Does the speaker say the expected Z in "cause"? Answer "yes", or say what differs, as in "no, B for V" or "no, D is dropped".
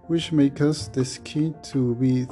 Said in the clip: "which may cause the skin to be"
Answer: no, S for Z